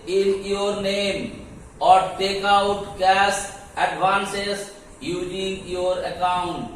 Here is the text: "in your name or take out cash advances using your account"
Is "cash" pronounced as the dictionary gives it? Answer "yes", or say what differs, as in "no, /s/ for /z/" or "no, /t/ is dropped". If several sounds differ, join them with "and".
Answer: no, /s/ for /ʃ/